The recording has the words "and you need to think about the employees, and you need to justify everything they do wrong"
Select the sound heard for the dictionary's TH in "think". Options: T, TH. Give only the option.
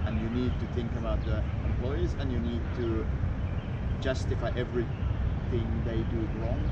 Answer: TH